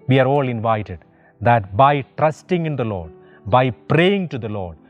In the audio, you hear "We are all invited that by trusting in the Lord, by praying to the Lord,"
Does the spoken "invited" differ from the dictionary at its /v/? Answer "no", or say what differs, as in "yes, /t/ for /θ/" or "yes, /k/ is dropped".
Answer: no